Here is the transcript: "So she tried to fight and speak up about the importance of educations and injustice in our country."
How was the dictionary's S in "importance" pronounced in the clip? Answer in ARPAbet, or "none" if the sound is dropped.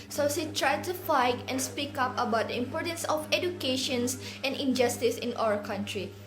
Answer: S